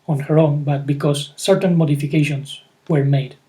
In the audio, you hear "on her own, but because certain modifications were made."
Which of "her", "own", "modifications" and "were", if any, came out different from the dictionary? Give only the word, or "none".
modifications